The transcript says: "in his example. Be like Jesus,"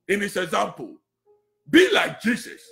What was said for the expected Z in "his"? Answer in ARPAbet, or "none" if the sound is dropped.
S